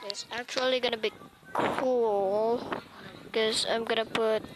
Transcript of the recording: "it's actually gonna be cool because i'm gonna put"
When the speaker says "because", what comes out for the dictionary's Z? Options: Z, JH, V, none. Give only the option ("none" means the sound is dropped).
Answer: none